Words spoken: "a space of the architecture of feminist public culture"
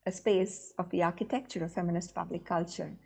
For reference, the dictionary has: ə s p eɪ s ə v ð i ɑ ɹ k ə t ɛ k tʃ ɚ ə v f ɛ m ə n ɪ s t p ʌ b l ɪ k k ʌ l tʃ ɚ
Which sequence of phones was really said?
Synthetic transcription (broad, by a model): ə s p eɪ s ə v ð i ɑ ɹ k ə t ɛ k tʃ ɚ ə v f ɛ m ə n ɪ s t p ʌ b l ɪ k k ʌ l tʃ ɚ